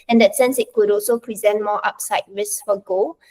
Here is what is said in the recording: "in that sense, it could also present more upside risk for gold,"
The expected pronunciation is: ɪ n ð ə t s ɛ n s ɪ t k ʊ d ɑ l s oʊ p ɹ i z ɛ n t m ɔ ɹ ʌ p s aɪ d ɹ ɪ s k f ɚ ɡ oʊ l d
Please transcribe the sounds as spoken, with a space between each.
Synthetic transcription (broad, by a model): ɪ n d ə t s ɛ n s ɪ t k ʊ d ɑ l s oʊ p ɹ i z ɛ n t m ɔ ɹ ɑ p s aɪ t ɹ ɪ s k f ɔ ɡ oʊ